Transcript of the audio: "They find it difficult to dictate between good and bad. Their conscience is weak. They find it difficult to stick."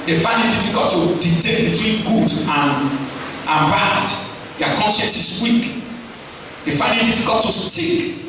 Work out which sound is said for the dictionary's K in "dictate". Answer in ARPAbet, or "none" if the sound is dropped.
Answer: none